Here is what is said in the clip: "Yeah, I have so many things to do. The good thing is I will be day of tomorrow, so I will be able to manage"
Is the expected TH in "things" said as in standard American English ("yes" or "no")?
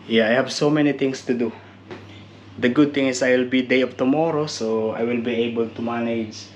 no